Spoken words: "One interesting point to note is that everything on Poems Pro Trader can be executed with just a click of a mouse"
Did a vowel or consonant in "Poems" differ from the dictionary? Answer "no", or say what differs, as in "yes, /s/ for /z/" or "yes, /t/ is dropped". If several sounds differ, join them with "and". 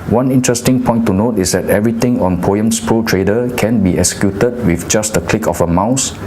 yes, /s/ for /z/